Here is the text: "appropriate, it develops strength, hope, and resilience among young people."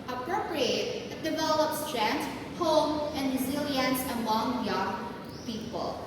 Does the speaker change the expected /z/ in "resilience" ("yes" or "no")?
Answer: no